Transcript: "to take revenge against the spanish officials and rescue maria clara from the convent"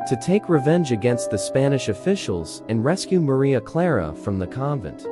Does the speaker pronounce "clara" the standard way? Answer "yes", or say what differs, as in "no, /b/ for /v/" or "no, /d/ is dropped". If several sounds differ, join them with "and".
yes